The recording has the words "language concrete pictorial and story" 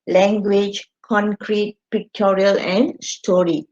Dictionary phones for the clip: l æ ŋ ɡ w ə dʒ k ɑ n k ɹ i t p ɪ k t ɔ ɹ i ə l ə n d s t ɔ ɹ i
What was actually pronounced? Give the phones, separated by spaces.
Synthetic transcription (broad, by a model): l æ ŋ ɡ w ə dʒ k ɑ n k ɹ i t p ɪ k t ɔ ɹ i ə l ə n d s t ɔ ɹ i